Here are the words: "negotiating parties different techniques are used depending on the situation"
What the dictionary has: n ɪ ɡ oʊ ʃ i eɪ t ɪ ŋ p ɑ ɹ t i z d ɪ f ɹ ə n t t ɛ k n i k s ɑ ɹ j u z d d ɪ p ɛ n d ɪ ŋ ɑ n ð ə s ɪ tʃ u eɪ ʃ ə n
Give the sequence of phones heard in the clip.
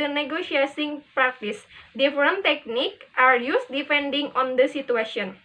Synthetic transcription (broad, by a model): n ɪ ɡ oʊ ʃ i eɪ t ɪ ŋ p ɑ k t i s d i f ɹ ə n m t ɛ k n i k ɑ ɹ j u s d d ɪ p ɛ n d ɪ ŋ ɑ n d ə s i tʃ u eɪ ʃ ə n